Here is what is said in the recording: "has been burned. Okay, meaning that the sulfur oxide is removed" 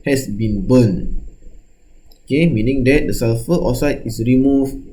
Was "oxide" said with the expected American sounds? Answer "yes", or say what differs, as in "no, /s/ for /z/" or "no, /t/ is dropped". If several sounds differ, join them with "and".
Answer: no, /k/ is dropped